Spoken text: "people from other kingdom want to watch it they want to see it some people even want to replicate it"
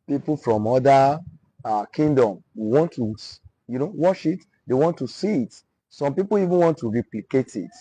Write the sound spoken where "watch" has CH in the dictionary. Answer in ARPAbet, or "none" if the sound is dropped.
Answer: SH